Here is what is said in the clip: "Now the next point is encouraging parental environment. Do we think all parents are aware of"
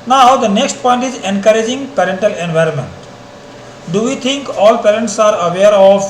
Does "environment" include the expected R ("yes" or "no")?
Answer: yes